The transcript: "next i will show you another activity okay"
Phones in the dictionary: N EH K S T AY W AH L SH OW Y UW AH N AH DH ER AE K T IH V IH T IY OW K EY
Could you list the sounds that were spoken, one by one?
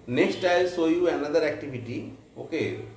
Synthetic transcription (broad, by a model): N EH K S T AY L S OW Y UW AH N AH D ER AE K T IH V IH T IY OW K EY